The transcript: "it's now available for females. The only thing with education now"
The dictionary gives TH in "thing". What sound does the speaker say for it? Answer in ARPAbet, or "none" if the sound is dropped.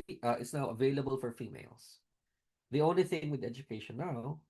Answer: TH